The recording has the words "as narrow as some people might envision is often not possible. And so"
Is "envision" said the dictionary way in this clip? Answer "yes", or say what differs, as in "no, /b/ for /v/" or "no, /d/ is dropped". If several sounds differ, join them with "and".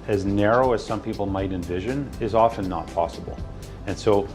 yes